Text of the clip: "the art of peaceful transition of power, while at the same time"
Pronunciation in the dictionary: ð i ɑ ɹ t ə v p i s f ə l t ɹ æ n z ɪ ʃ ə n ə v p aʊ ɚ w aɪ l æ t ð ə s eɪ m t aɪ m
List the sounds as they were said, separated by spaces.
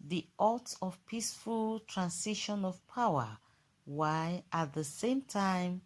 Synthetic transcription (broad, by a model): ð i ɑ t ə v p i s f ə l t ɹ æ n s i ʃ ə n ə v p aʊ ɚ w aɪ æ t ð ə s eɪ m t aɪ m